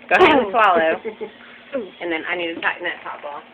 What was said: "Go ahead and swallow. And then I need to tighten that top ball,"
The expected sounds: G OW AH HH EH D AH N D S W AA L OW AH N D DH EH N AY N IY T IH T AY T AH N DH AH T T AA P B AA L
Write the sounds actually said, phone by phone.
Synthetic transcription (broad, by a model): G OW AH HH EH AH S W AA L OW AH N DH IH N AY N IY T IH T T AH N DH AH T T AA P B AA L